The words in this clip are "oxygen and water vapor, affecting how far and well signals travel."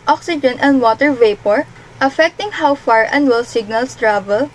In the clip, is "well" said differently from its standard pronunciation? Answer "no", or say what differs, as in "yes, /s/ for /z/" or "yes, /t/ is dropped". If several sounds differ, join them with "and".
no